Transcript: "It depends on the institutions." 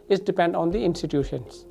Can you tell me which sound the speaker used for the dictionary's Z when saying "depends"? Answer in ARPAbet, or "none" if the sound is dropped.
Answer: none